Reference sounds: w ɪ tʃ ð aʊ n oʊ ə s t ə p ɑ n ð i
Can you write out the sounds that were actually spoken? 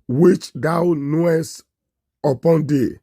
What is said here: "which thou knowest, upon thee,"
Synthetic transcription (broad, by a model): w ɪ tʃ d aʊ n oʊ ə s t ə p ɑ n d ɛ